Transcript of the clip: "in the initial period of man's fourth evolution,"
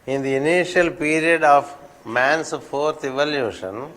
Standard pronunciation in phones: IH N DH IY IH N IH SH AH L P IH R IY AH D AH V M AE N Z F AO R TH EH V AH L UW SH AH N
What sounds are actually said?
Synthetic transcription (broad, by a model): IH N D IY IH N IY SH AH L P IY R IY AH D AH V M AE N S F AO R T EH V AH L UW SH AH N